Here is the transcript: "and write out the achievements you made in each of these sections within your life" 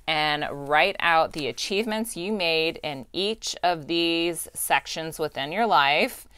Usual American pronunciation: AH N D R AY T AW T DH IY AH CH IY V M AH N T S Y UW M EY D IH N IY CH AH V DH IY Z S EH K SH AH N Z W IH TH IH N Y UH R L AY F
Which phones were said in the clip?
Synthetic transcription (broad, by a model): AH N R AY T AW T DH IY AH CH IY V M AH N T S Y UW M EY D IH N IY CH AH V DH IY Z S EH K SH AH N Z W IH TH IH N Y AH R L AY F